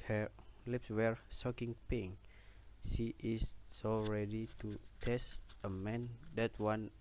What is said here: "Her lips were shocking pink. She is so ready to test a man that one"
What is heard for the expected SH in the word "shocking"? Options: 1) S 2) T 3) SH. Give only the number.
1